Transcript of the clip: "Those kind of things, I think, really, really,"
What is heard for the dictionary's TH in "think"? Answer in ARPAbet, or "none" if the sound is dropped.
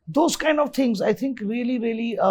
T